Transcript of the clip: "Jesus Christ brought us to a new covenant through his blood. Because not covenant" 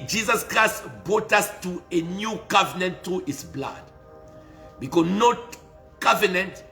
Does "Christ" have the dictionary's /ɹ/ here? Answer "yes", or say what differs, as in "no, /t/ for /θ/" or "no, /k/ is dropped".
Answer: yes